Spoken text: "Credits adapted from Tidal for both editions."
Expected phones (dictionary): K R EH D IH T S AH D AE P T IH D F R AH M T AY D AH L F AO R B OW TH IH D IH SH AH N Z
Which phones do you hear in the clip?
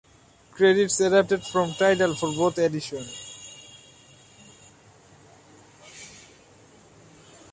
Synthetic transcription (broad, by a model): K R EH D IH T S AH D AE P T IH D F R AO M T AY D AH L F AO R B OW T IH D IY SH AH N